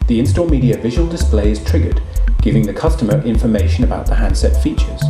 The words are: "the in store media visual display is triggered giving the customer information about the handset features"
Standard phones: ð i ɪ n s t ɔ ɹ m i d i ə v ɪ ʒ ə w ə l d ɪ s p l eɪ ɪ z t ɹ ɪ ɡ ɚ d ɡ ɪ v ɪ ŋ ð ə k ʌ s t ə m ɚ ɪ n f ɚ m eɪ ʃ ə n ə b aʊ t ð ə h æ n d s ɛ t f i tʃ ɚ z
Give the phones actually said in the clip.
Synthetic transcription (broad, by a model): ð i ɪ n s t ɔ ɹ m i d i ə v ɪ ʒ ə w ə l d ɪ s p l eɪ ɪ z t ɹ ɪ ɡ ɚ d ɡ ɪ v ɪ ŋ ð ə k ʌ s t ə m ɚ ɪ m f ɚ m eɪ ʃ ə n ə b aʊ t ð ə h æ n d s ɛ t f i tʃ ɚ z